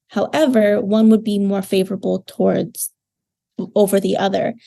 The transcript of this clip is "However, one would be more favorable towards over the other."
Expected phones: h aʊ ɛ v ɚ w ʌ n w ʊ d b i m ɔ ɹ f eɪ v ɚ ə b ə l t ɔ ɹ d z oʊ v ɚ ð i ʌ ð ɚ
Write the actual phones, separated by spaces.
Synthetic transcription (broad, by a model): h aʊ ɛ v ɚ w ʌ n w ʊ d b i m ɔ ɹ f eɪ v ɚ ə b l t ɔ ɹ d z oʊ v ɚ ð i ʌ ð ɚ